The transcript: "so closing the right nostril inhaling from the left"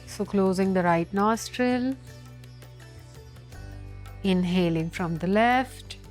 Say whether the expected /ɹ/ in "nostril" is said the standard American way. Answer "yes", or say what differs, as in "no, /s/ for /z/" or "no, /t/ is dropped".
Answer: yes